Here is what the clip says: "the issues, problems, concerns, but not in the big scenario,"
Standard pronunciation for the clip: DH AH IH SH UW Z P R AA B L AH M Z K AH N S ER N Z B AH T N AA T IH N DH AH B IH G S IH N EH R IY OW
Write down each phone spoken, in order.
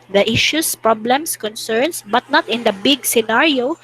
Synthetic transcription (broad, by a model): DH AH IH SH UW S P R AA B L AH M S K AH N S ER N S B AH T N AA T IH N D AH B IH G S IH N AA R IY OW